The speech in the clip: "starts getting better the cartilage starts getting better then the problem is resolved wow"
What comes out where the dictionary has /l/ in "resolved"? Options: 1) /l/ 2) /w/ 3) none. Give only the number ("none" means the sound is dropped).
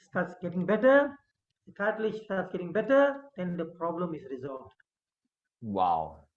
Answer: 1